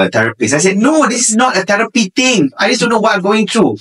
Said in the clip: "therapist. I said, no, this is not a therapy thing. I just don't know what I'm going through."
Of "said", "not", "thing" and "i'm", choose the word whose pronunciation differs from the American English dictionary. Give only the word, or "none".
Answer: thing